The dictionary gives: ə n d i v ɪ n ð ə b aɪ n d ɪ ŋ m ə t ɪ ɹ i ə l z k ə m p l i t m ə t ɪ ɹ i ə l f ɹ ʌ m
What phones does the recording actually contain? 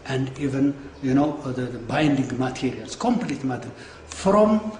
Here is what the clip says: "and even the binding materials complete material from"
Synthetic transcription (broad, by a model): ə n d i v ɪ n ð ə b aɪ n d ɪ ŋ m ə t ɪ ɹ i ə l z k ə m p l i t m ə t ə n f ɹ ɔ m